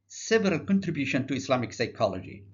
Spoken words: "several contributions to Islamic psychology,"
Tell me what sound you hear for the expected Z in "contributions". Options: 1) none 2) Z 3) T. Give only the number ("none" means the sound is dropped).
1